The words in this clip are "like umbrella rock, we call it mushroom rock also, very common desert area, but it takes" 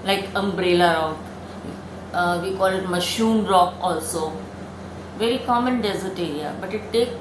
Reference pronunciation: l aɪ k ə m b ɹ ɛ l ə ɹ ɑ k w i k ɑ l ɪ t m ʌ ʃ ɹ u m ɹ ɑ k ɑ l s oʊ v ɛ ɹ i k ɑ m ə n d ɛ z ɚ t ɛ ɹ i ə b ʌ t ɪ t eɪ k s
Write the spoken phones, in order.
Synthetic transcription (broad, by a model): l aɪ k ə m b ɹ ɛ l ə ɹ ɑ k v i k ɑ l ɪ t m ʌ ʃ u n ɹ ɑ k ɑ l s oʊ v ɛ ɹ i k ɑ m ə n d ɛ z ɚ t ɛ ɹ i ə b ʌ t ɪ t eɪ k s